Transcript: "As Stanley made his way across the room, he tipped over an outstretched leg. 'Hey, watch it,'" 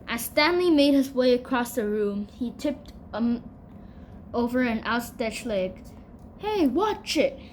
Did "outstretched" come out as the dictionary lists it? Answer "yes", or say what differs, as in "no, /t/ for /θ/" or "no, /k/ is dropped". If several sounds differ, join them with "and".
no, /ɹ/ is dropped